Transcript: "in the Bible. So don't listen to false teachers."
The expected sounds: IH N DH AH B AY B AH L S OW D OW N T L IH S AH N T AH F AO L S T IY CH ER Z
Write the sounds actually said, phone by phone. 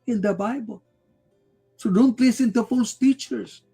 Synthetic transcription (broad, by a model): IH N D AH B AY B AH L S OW D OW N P L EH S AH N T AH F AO S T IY CH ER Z